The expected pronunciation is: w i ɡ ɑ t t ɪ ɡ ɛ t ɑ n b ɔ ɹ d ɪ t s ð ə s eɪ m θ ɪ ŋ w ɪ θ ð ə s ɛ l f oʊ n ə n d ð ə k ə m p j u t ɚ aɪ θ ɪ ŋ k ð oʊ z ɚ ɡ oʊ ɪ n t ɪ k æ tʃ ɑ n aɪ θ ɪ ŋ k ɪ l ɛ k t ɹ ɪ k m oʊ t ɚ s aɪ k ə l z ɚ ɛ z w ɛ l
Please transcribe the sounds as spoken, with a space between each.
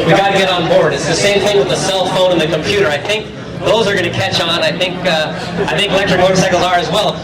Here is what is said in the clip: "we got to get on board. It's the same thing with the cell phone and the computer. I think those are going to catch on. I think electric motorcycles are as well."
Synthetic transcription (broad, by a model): w i ɡ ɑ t t ɪ ɡ ɛ t n b ɔ ɹ d ɪ t s ð ə s eɪ m θ ɪ ŋ w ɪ ð ə s ɛ l f oʊ n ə n ð ə k ə m p j u t ɚ aɪ θ ɪ ŋ k ð oʊ z ɚ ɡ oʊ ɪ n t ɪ k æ tʃ ɑ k aɪ θ ɪ ŋ k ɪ l ɛ k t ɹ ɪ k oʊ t s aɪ k l z ɚ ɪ z w ɛ l